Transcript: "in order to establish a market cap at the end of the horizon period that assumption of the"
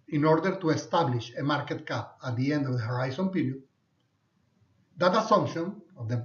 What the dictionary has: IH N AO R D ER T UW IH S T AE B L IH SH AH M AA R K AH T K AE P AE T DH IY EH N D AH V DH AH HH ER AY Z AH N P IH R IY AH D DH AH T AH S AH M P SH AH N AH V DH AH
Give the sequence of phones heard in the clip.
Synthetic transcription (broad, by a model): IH N AO R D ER T UW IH S T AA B L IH SH AH M AA R K AH T K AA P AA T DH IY EH N D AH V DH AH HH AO AY S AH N P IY R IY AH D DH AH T AH S AH M P SH AH N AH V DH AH